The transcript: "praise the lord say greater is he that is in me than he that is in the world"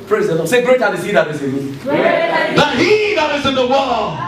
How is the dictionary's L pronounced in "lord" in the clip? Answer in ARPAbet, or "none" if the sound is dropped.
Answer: N